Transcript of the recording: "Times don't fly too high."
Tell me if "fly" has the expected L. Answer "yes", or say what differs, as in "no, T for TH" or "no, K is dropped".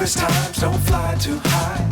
yes